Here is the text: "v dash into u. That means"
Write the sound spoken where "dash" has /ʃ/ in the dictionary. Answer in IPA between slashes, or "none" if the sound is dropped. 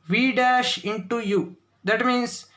/ʃ/